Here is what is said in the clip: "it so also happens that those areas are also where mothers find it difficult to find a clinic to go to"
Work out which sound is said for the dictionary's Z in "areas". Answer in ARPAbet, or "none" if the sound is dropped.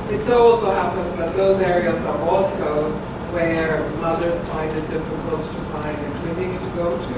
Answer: Z